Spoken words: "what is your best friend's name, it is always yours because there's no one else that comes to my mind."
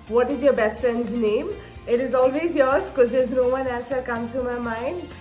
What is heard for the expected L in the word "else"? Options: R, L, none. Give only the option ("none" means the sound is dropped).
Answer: none